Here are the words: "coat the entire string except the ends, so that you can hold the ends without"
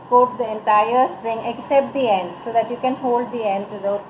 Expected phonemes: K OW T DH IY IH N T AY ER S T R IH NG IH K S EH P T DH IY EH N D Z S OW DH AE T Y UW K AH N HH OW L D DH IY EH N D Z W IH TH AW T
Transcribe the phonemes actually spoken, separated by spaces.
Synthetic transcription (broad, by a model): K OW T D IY IH N T AY ER S T R IH NG IH K S EH P T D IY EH N D S OW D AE T Y UW K AH N HH OW L D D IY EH N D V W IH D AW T